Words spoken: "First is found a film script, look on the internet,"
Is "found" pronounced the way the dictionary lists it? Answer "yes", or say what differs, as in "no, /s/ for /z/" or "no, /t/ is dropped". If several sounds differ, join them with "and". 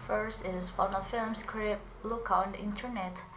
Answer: no, /d/ is dropped